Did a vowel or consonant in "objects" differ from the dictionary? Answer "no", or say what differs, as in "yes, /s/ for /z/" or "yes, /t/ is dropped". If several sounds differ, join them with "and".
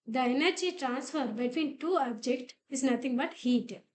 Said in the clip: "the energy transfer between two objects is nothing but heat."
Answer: yes, /s/ is dropped